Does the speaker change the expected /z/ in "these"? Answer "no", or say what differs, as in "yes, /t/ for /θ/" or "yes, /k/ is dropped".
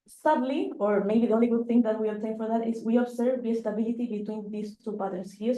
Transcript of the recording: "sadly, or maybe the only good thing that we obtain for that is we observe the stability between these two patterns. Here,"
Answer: yes, /s/ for /z/